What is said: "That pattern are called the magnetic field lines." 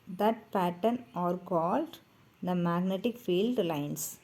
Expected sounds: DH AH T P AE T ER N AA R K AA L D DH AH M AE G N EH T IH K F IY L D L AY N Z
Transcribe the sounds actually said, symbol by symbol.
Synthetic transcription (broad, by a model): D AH T P AE T ER N AA R K AA L D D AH M AE G N EH T IH K F IY L D L AY N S